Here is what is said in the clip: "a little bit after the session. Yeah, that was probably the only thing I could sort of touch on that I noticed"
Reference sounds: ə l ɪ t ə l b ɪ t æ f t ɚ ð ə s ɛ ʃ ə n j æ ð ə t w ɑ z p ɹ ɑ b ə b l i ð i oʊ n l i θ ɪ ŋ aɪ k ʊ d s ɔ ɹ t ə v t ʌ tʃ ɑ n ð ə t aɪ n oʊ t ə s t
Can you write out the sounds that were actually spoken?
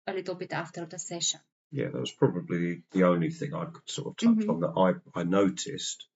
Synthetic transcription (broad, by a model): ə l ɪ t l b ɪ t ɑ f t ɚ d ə s ɛ ʃ ə n j æ ð ə t w ɑ z p ɹ ɑ b ə b l i ð i oʊ n l i θ ɪ ŋ aɪ k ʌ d s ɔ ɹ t ə v t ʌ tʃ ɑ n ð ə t aɪ n oʊ t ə s t